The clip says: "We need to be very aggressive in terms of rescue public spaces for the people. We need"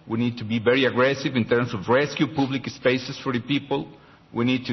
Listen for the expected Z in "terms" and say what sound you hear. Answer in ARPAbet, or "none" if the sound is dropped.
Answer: S